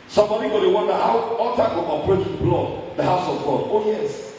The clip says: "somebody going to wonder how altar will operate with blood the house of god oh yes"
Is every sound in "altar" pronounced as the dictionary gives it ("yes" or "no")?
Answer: no